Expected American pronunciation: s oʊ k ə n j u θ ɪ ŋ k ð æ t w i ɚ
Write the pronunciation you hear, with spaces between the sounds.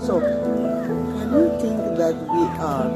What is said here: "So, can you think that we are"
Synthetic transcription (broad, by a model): s oʊ k ə n j u t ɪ ŋ k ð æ t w i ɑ